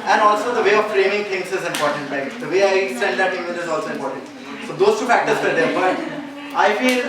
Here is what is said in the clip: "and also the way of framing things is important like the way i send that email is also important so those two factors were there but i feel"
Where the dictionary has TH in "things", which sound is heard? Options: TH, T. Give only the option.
T